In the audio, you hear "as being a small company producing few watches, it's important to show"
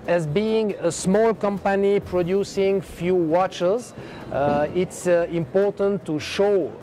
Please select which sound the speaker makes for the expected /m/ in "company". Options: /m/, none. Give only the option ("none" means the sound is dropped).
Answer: /m/